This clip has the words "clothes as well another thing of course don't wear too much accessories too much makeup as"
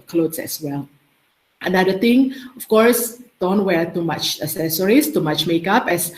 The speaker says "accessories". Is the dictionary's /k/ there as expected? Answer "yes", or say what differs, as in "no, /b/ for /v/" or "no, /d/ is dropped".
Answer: no, /k/ is dropped